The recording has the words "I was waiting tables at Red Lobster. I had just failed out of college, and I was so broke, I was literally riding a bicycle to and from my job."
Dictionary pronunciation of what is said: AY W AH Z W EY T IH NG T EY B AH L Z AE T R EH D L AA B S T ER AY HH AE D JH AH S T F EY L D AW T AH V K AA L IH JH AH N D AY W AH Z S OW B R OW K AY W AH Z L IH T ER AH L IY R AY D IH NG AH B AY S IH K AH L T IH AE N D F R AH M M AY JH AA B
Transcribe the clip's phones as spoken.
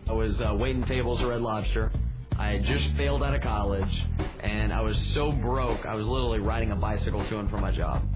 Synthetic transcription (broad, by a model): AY W AH Z W EY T IH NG T EY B L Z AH R EH D L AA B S T ER AY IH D JH AH S T F EY L D AW T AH K AA L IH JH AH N AY W AH Z S OW B R OW K AY W AH Z L IH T ER L IY R AY D IH NG AH B AY S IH K L T IH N F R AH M M AY JH AA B